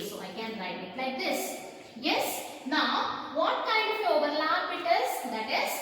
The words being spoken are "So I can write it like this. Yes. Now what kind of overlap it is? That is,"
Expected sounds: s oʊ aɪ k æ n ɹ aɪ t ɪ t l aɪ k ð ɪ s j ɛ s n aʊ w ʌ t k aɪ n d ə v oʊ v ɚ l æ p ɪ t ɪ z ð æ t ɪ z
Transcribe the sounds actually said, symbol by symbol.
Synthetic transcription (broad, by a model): s oʊ aɪ k æ n ɹ aɪ t ɪ t l aɪ k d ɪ s j ɛ s n aʊ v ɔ t k aɪ n d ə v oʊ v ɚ l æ b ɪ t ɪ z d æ t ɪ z